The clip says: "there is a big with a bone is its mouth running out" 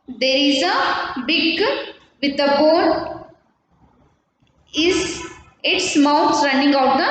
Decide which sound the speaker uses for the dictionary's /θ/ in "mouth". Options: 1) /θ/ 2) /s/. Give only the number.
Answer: 2